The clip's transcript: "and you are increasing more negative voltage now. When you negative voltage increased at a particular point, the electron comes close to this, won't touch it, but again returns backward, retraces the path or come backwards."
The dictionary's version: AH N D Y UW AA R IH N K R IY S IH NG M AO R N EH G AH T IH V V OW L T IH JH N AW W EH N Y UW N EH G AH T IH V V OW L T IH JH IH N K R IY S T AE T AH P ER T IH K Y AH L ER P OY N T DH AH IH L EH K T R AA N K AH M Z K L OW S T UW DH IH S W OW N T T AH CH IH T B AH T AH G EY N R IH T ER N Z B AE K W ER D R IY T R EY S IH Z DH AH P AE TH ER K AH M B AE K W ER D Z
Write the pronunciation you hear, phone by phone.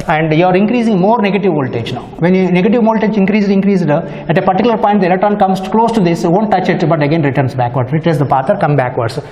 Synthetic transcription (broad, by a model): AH N D Y UW AA R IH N K R IY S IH NG M AO R N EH G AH T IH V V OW L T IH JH N AW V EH N Y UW N EH G AH T IH V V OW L T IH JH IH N K R IY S T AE T AH P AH T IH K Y L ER P OY N T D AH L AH T AA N K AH M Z K L OW S T UW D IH S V OW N T T AH CH IH T B AH T AH G EY N R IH T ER N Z B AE K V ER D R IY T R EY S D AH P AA T ER K AH M B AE K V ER D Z